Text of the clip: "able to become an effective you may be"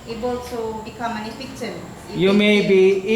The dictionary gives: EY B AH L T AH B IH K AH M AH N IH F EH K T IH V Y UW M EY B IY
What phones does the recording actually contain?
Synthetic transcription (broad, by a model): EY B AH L S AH B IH K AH M AH N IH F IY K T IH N Y UW M EY B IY